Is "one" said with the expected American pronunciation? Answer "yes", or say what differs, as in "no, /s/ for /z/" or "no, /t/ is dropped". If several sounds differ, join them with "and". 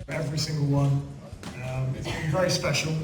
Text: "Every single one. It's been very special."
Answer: yes